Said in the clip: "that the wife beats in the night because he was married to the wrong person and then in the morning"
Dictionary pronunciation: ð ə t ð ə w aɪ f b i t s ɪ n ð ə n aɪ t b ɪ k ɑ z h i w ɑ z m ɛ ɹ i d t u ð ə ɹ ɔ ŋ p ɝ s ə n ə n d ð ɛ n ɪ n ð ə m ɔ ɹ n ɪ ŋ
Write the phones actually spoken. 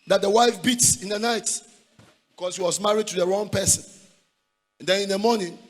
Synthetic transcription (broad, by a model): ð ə t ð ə w aɪ f b i t s ɪ n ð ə n aɪ t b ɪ k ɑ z h i w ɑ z m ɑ ɹ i d t u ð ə ɹ ɔ ŋ p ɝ s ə n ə n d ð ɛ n ɪ n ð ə m ɔ n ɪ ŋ